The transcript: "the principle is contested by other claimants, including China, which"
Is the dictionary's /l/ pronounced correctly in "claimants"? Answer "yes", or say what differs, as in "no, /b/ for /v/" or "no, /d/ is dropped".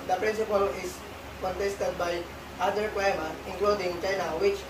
no, /w/ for /l/